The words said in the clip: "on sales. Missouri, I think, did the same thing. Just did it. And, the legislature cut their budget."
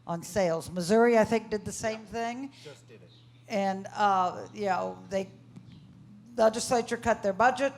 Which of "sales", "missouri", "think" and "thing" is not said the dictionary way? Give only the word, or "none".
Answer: none